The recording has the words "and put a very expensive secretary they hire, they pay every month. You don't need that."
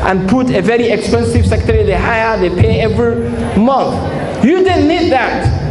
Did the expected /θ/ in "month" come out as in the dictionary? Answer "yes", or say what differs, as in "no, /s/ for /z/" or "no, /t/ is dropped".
yes